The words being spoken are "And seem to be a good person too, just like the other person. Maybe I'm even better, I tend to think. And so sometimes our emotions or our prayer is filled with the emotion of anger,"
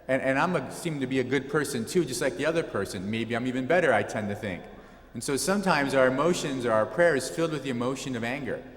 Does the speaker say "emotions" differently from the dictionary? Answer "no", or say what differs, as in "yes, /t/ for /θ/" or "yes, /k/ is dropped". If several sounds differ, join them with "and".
no